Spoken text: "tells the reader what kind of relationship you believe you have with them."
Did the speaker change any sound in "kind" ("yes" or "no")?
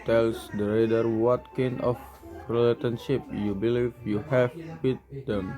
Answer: yes